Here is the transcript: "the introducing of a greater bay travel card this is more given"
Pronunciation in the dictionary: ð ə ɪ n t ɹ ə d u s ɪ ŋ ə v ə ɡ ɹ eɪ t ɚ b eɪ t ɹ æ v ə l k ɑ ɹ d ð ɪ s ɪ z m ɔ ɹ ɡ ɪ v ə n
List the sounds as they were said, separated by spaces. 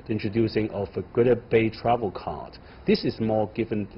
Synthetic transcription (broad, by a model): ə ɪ n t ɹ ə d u s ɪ ŋ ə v ə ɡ ʊ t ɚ b eɪ t ɹ æ v ə l k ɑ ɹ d ð ɪ s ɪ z m ɔ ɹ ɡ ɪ v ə n